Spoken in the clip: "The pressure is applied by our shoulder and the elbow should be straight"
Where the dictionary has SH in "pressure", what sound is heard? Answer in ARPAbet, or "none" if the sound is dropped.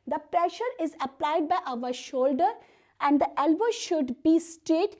SH